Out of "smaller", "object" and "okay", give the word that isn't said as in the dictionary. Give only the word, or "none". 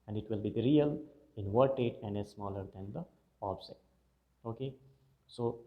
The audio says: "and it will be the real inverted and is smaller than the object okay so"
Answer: object